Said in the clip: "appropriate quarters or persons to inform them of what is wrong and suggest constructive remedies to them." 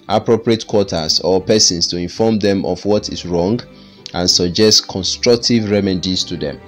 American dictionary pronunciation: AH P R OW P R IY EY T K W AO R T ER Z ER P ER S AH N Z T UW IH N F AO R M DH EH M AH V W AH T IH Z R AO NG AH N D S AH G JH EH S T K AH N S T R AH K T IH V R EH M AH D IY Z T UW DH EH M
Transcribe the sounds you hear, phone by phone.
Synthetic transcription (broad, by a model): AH P R OW P R IY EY T K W AO T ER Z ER P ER S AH N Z T UW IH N F AO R M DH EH M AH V W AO T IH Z R AO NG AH N S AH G JH EH S T K AH N S T R AH K T IH V R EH M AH D IY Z T UW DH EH M